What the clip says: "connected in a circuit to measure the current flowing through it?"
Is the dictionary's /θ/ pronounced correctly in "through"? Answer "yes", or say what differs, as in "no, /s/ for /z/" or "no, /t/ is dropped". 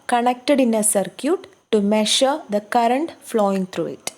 no, /t/ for /θ/